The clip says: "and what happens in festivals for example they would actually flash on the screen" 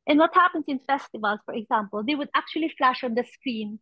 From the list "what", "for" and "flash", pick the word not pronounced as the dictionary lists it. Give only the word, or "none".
none